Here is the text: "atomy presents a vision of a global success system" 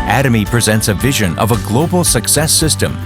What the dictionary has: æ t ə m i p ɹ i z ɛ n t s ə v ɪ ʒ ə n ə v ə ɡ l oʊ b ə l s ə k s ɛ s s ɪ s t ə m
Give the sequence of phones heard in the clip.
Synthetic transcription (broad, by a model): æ t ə m i p ɹ i z ɛ n t s ə v ɪ ʒ ə n ə v ə ɡ l oʊ b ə l s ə k s ɛ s s ɪ s t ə m